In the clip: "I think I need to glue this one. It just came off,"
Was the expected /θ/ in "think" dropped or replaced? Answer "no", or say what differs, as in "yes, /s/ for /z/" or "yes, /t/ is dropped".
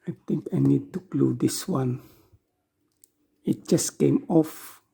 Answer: yes, /t/ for /θ/